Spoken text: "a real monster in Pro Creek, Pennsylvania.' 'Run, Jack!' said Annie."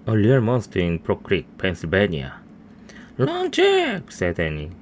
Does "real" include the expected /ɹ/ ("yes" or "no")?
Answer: no